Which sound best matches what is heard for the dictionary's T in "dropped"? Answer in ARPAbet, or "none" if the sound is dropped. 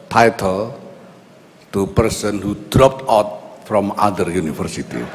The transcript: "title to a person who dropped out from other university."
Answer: T